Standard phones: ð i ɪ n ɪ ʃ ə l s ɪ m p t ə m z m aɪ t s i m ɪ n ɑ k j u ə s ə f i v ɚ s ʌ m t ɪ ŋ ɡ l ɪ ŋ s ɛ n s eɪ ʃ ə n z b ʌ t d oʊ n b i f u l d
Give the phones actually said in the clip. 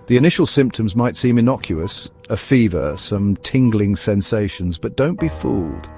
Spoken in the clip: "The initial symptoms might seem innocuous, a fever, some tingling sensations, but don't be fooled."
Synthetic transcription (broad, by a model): ð i ɪ n ɪ ʃ ə l s ɪ m p t ə m z m aɪ t s i m ɪ n ɑ k j u ə s ə f i v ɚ s ʌ m t ɪ ŋ ɡ l ɪ ŋ s ɛ n s eɪ ʃ ə n z b ʌ t d oʊ n b i f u l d